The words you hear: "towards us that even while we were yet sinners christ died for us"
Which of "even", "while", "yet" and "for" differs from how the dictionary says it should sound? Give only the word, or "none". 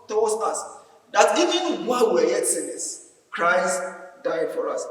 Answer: while